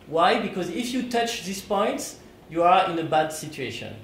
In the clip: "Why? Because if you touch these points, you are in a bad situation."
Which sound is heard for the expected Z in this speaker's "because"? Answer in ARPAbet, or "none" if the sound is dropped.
Z